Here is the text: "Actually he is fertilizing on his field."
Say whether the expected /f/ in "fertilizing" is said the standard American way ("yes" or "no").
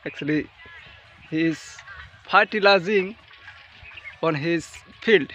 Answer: no